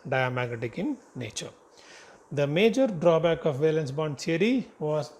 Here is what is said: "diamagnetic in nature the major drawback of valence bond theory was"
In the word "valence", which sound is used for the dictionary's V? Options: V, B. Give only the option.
V